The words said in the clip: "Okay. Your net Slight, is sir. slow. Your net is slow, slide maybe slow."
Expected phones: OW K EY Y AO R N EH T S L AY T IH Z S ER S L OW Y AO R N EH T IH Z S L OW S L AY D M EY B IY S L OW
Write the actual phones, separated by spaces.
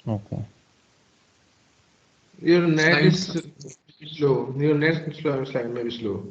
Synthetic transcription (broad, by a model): OW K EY Y AO R N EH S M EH IH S S L OW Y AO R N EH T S S L OW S L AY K M EY B IY S L OW